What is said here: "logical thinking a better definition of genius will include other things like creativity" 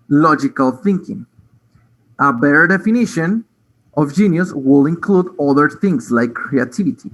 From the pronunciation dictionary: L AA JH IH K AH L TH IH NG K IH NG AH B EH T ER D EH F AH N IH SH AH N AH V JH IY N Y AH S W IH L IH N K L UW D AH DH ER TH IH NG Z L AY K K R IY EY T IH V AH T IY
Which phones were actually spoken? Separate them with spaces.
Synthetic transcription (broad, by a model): L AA JH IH K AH L TH IH NG K IH NG AH B EH T ER D EH F AH N IH SH AH N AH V JH IY N Y AH S W IH L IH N K L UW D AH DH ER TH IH NG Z L AY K K R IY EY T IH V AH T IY